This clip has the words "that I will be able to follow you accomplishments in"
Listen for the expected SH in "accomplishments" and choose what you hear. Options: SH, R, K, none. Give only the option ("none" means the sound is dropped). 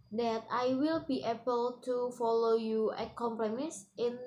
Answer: none